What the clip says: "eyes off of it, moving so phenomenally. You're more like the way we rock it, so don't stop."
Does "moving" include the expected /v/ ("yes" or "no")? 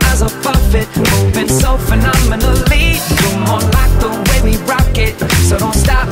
no